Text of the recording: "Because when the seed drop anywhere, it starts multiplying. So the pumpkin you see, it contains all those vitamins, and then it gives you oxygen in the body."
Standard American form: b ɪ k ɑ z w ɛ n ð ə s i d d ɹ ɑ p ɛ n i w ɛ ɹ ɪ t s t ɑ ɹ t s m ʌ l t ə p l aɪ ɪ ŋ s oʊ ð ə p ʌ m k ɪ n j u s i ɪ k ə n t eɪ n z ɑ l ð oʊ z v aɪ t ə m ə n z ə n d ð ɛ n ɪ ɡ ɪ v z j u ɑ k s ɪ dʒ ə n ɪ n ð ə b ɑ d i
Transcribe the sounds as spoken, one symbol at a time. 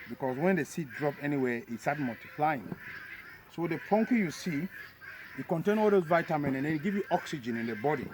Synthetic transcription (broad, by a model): b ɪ k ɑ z w ɛ n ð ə s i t d ɹ ɑ p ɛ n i w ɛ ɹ ɪ t s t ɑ t m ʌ l t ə p l aɪ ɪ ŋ s oʊ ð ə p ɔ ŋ k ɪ j u s i ɪ k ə n t eɪ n ɑ l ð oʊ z v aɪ t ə m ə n ə n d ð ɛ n ɪ ɡ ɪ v j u ɑ k s ɪ dʒ ə n ɪ n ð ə b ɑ d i